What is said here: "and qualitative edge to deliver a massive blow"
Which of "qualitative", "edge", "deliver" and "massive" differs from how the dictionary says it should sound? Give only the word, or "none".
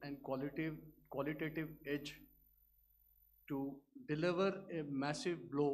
none